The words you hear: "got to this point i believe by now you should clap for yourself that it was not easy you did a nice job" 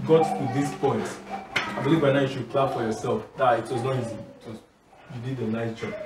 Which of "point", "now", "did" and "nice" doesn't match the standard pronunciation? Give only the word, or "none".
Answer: none